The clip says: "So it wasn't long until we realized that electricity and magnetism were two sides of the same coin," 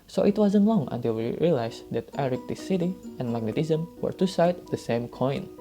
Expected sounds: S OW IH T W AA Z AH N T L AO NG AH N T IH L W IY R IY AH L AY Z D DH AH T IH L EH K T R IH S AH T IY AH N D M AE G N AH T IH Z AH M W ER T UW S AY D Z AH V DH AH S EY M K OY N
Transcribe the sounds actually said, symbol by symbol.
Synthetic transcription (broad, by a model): S OW IH T W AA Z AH N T L AO NG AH N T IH L W IY R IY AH L AY S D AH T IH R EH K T IH S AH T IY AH N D M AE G N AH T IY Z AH M W ER T UW S AY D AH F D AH S EY M K OY N